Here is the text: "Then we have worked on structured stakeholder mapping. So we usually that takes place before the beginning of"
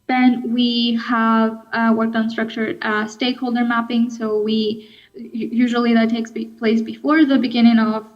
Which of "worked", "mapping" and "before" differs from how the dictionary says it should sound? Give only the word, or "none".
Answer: none